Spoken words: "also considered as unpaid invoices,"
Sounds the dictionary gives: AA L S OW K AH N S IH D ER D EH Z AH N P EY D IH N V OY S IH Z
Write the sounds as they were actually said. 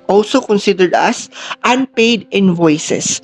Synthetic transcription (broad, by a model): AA L S OW K AH N S IH D ER D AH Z AH N P EY D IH N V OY S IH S